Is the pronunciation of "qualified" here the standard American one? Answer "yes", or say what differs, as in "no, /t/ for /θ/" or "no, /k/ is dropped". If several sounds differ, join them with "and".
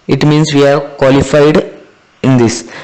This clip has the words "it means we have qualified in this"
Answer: yes